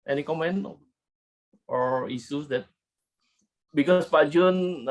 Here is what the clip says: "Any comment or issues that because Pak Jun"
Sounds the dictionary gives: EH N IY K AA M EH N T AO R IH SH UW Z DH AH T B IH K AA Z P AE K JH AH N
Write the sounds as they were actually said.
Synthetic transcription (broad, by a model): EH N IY K AA M EH N T AO R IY S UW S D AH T B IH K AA S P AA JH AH N